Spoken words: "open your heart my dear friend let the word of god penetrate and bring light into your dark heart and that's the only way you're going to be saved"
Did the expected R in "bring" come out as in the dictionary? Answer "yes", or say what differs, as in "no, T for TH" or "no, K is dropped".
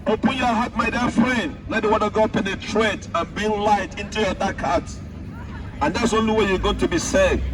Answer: no, R is dropped